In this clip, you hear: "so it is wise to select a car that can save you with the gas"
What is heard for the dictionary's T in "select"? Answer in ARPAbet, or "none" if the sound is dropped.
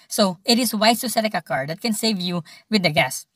none